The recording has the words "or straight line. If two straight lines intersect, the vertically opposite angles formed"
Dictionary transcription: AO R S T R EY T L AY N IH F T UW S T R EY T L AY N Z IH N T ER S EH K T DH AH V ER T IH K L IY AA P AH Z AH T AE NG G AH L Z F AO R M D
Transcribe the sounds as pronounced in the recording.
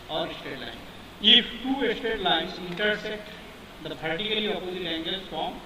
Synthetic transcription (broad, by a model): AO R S T EY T L AY N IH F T UW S T EY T L AY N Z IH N T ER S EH T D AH P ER T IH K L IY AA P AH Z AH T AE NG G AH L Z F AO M